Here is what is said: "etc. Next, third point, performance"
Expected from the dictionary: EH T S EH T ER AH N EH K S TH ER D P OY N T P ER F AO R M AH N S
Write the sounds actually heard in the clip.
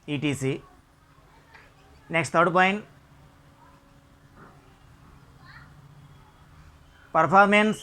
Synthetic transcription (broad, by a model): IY T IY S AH N EH K S T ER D P OY N T P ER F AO R M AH N S